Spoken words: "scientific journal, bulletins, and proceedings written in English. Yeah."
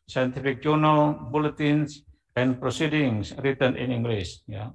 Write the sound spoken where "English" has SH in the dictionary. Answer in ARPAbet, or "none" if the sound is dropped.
S